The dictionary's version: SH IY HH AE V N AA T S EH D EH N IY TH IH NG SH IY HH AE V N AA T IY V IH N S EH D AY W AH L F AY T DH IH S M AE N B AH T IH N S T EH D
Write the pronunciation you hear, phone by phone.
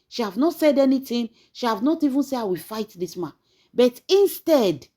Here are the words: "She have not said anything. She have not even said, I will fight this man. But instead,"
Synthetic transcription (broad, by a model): SH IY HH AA V N AA T S EH D EH N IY T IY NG SH IY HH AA V N AA T IY V IH N S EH AY W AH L F AY T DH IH S M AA N B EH T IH N S T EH D